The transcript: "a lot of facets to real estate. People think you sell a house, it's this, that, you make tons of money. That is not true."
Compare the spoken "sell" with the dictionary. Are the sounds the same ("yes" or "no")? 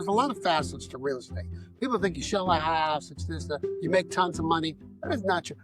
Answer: no